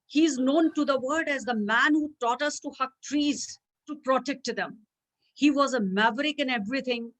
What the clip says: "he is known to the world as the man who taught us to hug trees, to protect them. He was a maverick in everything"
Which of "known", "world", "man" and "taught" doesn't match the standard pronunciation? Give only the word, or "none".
world